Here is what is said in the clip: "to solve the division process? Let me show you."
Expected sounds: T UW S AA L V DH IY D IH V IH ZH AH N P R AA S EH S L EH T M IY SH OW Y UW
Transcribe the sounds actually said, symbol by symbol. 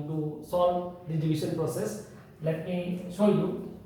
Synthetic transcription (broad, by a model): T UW S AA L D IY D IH B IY S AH N P R AA S EH S L EH T M IY S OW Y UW